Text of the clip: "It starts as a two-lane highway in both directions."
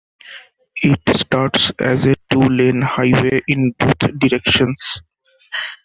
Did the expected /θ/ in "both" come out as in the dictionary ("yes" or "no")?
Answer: no